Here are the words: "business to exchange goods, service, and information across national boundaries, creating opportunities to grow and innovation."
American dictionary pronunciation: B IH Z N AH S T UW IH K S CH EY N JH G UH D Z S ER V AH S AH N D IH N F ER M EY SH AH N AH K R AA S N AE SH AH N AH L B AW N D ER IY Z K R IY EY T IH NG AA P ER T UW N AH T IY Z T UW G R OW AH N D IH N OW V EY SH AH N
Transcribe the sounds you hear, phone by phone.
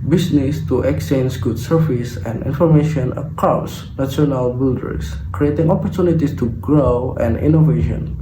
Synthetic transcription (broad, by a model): B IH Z N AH S T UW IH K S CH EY N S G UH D S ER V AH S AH N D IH N F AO M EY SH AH N AH K R AA S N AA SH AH N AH L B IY L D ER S K R IY EY T IH NG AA P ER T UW N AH T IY S T UW G R OW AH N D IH N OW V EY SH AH N